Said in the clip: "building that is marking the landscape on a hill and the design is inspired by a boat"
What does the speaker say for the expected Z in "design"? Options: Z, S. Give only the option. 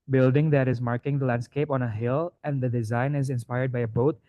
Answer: Z